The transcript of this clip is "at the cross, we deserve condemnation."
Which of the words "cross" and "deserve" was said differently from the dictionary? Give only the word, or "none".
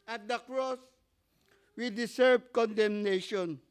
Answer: deserve